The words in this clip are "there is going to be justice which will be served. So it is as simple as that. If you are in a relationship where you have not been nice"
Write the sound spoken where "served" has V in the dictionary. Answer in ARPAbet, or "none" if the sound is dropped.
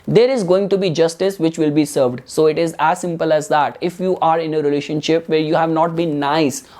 V